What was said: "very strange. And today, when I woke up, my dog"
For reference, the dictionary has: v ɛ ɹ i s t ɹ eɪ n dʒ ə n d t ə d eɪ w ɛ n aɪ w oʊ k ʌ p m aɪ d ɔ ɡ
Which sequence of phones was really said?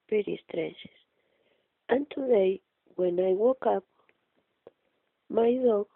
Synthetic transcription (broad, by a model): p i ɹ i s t ɹ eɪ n ʃ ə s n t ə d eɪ w ɛ n aɪ w oʊ k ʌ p m aɪ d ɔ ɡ